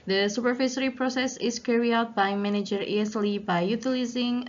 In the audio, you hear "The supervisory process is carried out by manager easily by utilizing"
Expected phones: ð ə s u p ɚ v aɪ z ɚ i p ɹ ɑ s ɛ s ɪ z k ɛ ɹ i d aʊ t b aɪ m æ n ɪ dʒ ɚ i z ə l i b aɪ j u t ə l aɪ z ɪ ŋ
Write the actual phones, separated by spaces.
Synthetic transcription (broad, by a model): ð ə s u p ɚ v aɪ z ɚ i p ɹ ɑ s ɛ s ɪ s k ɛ ɹ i aʊ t b aɪ m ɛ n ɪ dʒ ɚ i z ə l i b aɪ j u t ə l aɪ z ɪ ŋ